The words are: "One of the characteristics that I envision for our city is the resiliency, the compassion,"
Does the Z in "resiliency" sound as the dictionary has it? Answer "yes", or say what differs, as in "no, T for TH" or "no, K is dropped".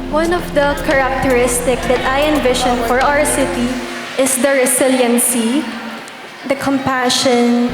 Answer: no, S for Z